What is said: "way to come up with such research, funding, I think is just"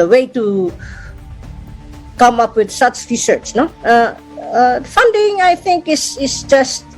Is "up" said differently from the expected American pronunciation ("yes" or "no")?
no